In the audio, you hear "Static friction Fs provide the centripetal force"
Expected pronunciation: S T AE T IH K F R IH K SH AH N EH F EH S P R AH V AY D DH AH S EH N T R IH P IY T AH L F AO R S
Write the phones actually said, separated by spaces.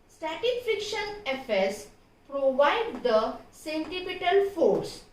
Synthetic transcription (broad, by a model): S T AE T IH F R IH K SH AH N EH F EH S P R AH V AY D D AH S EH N T IH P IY T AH L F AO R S